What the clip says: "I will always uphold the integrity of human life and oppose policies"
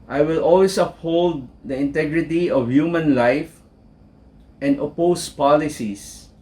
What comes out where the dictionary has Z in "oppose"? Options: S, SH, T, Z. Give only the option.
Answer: S